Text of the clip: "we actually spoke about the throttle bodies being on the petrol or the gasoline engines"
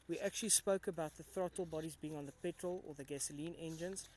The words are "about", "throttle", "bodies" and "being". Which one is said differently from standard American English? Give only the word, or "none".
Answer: none